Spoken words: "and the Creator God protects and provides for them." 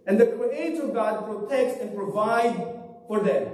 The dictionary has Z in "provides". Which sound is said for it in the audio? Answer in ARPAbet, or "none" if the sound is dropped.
none